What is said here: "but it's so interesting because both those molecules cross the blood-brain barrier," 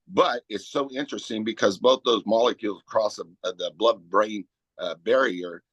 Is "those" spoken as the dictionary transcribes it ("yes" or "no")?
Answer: yes